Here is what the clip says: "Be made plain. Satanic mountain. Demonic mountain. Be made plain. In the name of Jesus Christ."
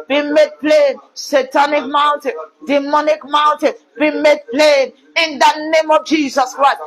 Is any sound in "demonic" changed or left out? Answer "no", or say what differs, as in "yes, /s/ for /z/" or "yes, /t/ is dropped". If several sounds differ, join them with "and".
no